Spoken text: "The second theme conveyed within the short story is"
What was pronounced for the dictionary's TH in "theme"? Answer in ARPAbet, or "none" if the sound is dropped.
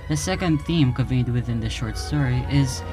TH